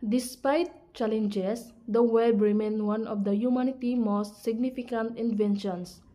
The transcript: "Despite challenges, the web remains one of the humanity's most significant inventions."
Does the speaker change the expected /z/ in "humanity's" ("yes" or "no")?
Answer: yes